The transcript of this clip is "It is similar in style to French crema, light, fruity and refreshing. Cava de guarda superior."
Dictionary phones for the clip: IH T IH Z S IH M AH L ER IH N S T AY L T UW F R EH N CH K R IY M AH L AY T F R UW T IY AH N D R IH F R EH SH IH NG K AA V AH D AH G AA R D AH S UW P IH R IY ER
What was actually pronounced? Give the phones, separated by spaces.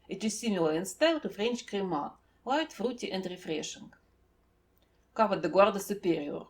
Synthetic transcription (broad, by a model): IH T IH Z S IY M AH L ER IH N S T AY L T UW F R EH N CH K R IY M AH L AY T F R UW T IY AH N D R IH F R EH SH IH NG K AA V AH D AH G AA R D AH S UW P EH R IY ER